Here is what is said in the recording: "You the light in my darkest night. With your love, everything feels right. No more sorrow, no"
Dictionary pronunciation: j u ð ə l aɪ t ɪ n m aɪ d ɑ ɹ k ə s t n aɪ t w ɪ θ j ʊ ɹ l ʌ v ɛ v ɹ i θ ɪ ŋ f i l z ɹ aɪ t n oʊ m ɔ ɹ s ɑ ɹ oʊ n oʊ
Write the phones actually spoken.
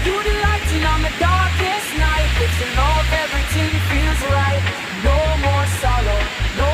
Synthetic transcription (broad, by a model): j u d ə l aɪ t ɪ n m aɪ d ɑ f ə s n aɪ t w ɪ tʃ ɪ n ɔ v ɛ v ɹ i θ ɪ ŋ f i l z ɹ aɪ t n oʊ m ɔ ɹ s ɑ l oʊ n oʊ